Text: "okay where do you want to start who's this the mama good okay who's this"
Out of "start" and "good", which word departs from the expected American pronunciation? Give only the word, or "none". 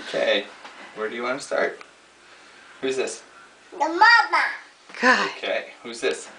good